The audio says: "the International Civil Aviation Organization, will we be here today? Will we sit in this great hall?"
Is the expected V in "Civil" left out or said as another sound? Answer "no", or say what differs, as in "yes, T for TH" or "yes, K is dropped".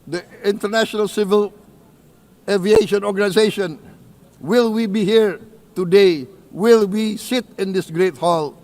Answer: no